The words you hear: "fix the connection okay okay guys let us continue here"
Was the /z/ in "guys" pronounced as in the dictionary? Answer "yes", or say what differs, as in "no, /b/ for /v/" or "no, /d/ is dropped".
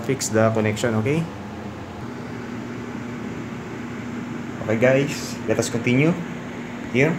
no, /s/ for /z/